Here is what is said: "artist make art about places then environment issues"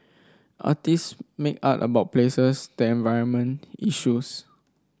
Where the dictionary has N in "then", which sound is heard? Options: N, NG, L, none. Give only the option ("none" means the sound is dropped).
none